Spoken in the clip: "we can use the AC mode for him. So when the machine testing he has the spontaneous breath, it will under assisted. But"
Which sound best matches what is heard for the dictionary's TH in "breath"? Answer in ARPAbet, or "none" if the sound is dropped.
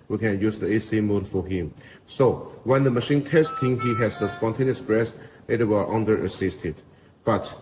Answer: S